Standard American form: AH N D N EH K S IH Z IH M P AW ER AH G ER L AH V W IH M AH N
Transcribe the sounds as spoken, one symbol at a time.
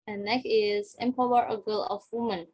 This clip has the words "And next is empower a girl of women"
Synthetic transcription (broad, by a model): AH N N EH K IH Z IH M P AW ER AH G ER L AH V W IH M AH N